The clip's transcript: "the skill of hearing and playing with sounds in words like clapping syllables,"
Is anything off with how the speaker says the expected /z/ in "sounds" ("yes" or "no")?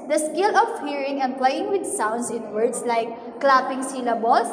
yes